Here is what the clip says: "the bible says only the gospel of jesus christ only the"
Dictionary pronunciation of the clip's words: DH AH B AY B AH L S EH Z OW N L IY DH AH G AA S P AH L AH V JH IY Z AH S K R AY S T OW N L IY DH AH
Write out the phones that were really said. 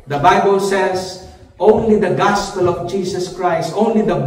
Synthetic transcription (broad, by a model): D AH B AY B AH L S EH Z OW N L IY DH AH G AA S P AH L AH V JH IY S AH S K R AY S T OW N L IY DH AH